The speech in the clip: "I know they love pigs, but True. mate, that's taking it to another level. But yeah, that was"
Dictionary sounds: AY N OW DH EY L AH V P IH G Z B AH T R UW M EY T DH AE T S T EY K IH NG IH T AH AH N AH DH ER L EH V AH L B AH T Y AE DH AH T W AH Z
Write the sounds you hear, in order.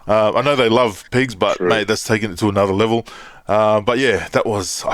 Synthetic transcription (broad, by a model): AY N OW DH EY L AH V P IH G Z B AH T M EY DH AE T S T EY K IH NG IH T AH AH N AH DH ER L EH V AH B AH T Y AE DH AH T W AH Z